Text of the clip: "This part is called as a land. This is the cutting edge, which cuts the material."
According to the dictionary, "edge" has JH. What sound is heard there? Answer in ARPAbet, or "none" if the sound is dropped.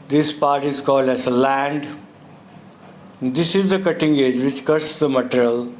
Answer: JH